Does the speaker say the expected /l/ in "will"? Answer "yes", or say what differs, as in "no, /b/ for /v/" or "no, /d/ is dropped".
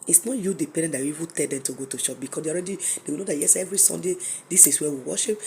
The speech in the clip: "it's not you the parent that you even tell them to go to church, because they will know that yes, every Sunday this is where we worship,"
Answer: no, /w/ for /l/